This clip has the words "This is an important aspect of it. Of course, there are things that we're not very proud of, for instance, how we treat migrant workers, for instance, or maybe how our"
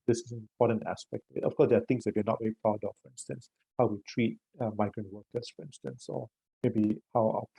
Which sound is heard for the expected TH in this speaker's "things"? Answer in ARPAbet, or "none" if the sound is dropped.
T